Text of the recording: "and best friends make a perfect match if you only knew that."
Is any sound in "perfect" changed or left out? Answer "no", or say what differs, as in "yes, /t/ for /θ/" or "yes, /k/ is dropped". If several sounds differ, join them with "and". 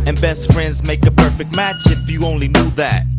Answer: no